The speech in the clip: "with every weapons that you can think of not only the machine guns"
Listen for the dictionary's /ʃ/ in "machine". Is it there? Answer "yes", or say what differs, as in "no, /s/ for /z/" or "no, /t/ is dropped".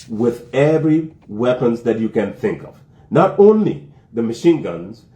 yes